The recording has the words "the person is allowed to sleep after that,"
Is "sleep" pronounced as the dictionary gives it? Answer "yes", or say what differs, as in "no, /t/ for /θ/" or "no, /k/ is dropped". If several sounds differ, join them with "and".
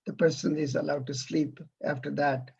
yes